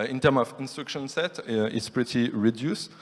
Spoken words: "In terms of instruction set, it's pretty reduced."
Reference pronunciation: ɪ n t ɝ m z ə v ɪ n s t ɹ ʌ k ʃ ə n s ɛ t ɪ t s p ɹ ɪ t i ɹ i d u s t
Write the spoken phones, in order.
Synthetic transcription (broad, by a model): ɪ n t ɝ m ə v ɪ n s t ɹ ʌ k ʃ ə n s ɛ t ɪ t s p ɹ ɪ t i ɹ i d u s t